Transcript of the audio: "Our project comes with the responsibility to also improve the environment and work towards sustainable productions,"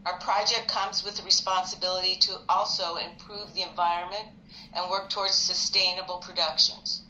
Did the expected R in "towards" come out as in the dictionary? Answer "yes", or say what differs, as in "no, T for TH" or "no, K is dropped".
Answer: yes